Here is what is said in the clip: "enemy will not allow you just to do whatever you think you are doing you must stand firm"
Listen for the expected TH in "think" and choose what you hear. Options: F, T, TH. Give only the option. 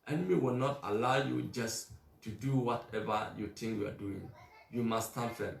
T